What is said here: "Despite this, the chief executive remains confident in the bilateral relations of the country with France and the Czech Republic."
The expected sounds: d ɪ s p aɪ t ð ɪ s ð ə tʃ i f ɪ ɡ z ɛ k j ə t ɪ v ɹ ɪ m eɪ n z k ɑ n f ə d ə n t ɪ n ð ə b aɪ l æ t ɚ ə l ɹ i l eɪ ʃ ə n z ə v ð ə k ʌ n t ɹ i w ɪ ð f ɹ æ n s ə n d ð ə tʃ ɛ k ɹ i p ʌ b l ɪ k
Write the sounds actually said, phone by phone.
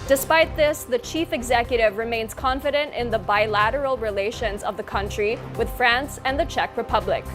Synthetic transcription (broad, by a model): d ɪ s p aɪ t ð ɪ s ð ə tʃ i f ɪ ɡ z ɛ k j ə t ɪ v ɹ ɪ m eɪ n z k ɑ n f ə d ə n t ɪ n ð ə b aɪ l æ t ɚ l ɹ i l eɪ ʃ ə n z ə v ð ə k ʌ n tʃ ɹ i w ɪ ð f ɹ æ n s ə n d ð ə tʃ ɛ k ɹ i p ʌ b l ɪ k